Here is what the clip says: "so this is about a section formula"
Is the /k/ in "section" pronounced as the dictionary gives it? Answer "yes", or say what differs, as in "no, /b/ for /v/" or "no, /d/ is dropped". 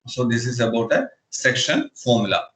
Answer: yes